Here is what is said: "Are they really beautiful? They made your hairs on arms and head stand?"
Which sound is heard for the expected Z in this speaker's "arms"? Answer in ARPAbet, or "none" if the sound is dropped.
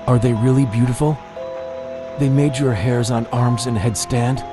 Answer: Z